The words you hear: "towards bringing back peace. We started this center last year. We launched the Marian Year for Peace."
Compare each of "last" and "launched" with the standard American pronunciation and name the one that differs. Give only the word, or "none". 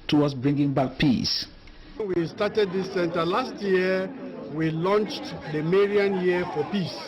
none